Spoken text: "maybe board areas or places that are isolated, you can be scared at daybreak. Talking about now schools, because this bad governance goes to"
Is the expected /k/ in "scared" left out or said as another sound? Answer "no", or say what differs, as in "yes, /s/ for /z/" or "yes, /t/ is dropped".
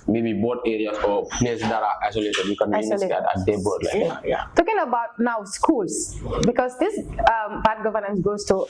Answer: yes, /k/ is dropped